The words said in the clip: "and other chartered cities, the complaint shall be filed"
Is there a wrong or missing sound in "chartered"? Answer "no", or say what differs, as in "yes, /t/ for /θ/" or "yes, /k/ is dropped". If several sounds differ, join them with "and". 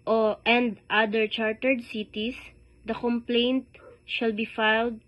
no